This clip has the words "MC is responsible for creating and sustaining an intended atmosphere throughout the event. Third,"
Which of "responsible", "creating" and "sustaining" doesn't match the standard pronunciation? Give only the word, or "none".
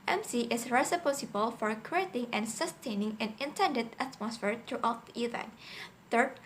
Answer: responsible